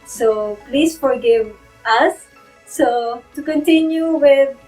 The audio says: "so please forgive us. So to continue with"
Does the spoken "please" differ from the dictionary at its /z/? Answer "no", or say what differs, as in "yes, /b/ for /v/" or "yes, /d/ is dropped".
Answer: yes, /s/ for /z/